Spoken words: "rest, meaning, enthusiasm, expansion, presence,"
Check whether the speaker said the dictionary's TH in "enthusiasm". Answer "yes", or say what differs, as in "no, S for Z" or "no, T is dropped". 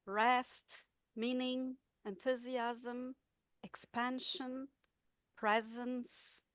yes